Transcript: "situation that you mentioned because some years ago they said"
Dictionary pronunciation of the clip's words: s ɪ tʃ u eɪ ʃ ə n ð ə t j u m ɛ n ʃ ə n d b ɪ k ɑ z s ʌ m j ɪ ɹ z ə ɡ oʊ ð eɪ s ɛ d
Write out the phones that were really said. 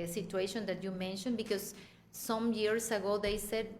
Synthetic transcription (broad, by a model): s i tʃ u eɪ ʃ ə n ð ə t j u m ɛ n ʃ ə n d b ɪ k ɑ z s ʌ m j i ɹ s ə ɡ oʊ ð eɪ s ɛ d